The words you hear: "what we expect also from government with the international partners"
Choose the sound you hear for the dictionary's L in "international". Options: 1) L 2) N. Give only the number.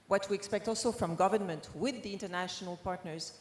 1